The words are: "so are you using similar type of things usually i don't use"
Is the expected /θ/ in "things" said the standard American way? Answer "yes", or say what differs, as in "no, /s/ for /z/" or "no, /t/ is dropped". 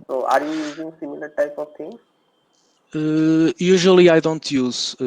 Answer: no, /t/ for /θ/